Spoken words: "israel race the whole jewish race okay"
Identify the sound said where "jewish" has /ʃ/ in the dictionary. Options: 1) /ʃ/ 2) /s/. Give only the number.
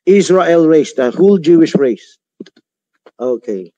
1